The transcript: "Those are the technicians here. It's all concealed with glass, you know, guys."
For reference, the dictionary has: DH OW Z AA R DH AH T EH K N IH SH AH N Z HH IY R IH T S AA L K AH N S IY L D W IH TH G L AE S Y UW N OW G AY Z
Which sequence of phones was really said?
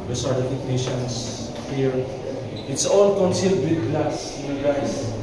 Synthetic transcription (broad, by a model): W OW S AA R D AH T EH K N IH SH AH N S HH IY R IH T S AA L K AH N S IY L D W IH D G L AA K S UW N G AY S